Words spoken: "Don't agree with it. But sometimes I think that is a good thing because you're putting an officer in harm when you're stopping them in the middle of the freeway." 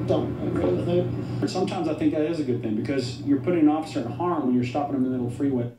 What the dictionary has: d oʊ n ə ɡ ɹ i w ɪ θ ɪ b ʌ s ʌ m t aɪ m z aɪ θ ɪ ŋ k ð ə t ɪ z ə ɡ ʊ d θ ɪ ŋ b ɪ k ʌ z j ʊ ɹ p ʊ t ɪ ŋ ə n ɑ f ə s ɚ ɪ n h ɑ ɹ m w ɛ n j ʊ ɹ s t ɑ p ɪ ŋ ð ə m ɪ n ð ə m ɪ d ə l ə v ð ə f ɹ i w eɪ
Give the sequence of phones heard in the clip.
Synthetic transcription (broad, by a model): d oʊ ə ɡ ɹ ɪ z ɪ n s ʌ m t aɪ m z aɪ θ ɪ ŋ k ð ə t ɪ z ə ɡ ʊ d θ ɪ ŋ b ɪ k ʌ z j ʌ ɹ p ʊ t ɪ ŋ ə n ɑ f ə s ɚ ɪ n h ɑ ɹ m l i j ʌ ɹ s t ɑ p ɪ ŋ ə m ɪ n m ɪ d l f ɹ i w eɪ